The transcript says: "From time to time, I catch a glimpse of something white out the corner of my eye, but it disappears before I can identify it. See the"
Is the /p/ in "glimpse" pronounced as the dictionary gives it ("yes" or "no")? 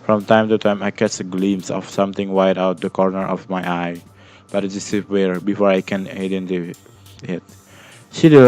no